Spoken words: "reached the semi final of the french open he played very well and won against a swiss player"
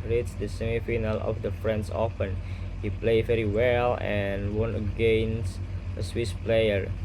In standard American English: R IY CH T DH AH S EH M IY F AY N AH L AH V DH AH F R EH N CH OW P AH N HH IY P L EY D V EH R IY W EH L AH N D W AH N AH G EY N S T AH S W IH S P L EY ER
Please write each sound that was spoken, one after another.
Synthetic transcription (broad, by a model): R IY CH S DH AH S EH M IY F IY N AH L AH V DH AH F R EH N S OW F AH N HH IY P L EY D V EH R IY W EH L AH N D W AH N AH G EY N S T AH S W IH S P L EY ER